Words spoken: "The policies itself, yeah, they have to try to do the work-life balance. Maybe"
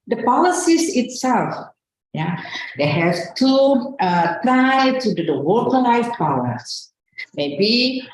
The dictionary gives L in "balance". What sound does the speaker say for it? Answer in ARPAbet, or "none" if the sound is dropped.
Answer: W